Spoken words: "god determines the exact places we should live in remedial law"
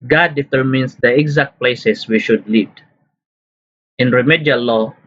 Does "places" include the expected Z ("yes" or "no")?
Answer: no